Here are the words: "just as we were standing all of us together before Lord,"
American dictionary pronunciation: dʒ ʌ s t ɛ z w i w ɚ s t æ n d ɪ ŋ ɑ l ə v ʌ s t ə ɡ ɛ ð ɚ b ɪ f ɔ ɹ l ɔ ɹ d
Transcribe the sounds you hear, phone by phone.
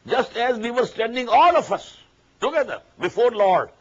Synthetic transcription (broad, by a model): dʒ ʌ s t ɛ z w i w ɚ s t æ n d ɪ ŋ ɑ l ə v ʌ s t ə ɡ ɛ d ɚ b ɪ f ɔ ɹ l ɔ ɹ d